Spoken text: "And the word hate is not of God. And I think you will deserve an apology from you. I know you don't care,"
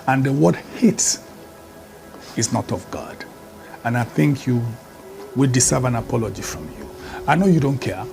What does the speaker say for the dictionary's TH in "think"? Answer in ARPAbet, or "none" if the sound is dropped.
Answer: TH